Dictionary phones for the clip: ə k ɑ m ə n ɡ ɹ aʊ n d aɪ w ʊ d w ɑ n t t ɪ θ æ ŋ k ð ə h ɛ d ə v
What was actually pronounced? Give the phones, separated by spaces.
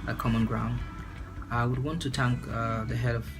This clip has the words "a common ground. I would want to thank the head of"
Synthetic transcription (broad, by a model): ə k ɑ m ə n ɡ ɹ aʊ n d aɪ w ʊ d w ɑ n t t ɪ t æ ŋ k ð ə h ɛ d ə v